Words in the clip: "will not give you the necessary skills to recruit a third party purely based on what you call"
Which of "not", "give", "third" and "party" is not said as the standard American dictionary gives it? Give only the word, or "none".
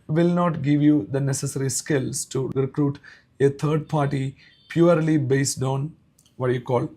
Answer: third